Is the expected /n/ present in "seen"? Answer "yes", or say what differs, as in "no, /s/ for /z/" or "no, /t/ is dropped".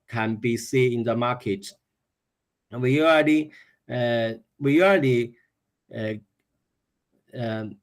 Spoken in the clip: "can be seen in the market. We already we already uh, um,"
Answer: no, /n/ is dropped